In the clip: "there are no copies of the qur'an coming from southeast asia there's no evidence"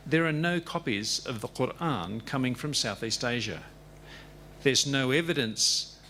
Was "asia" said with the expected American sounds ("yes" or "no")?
yes